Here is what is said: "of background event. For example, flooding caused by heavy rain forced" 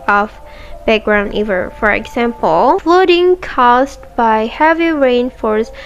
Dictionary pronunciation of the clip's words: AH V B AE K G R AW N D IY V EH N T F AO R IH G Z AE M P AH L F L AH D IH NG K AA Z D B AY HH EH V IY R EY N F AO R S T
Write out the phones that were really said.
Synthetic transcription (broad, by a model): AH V B AE K G R AW N D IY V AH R F AO R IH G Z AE M P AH L F L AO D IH NG K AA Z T B AY HH EH V IY R EY N F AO R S